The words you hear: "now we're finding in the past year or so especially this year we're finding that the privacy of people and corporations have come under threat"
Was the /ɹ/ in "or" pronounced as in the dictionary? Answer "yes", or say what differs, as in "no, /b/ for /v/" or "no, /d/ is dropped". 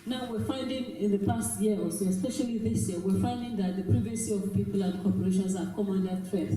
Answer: no, /l/ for /ɹ/